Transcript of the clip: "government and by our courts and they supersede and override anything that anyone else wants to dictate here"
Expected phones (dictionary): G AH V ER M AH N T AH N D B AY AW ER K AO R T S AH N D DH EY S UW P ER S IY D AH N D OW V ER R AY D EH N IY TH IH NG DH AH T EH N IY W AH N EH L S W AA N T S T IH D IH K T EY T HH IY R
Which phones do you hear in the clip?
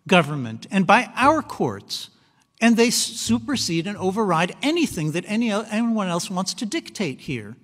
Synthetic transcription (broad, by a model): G AH V ER M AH N T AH N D B AY AW ER K AO R T S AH N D DH EY S UW P ER S IY D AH N OW V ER R AY D EH N IY TH IH NG DH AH T EH N IY W AH N EH L S W AA N T S T IH D IH K T EY T HH IY R